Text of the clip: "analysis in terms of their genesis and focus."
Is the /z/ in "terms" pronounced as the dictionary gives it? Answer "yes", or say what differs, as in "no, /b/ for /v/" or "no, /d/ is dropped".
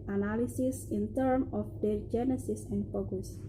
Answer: no, /z/ is dropped